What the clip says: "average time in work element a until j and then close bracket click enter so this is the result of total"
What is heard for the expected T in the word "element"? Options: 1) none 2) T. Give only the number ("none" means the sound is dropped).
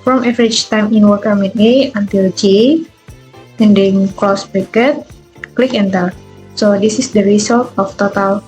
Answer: 1